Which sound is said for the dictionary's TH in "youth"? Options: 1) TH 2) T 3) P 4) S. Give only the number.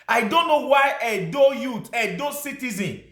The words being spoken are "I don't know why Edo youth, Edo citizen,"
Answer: 2